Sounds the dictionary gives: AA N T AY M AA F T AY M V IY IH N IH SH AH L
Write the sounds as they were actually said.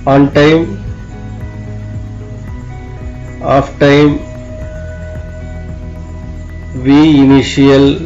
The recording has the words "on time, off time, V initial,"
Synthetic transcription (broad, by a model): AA N T AY M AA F T AY M V IY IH N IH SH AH L